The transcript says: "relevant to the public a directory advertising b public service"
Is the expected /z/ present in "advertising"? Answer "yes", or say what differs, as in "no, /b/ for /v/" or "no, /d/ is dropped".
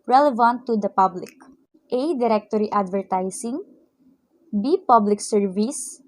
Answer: no, /s/ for /z/